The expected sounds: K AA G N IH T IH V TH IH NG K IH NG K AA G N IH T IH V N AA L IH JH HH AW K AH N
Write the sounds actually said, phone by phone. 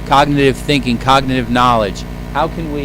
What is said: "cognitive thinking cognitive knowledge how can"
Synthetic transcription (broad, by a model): K AA G N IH T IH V TH IH NG K IH NG K AA G N IH T IH V N AA L IH JH HH AW K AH N